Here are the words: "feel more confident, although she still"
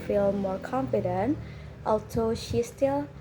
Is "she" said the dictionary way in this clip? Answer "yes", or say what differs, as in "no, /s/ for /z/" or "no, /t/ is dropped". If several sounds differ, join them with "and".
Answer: yes